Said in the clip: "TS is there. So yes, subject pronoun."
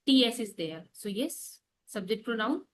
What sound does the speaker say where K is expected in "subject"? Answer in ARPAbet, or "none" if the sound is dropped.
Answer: none